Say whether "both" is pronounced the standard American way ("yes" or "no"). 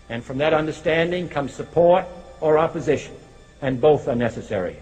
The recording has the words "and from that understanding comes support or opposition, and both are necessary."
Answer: yes